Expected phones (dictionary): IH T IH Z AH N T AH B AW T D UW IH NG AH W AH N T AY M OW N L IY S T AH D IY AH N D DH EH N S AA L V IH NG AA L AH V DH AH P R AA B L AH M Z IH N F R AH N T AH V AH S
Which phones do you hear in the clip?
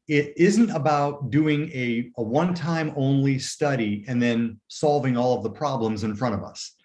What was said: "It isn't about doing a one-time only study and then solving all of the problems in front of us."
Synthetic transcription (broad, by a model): IH T IH Z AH N T AH B AW T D UW IH NG AH W AH N T AY M OW N L IY S T AH D IY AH N DH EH N S AA L V IH NG AA L AH V DH AH P R AA B L AH M Z IH N F R AH T AH V AH S